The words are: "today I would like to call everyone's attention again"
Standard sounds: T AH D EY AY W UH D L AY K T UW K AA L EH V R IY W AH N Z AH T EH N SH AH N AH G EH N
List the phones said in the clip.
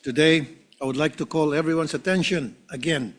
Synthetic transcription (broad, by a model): T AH D EY AY W UH D L AY K T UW K AA L EH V R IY W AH N S AH T EH N SH AH N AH G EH N